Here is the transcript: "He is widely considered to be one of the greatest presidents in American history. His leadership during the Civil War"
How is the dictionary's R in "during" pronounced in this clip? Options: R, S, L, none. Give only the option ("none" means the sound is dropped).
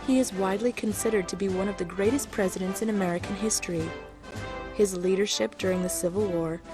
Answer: R